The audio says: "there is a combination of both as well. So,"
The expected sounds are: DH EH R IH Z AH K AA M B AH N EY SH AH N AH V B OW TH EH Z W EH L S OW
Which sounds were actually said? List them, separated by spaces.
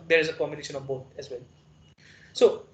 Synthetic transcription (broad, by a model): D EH R IH Z AH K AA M AH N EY SH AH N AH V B OW T EH Z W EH L S OW